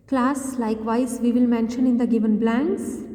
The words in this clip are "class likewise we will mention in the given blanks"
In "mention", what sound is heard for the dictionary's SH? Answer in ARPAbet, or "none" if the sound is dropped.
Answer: SH